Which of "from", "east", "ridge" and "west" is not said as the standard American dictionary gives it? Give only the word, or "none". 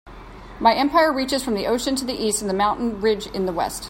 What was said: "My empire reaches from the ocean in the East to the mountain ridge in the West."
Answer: none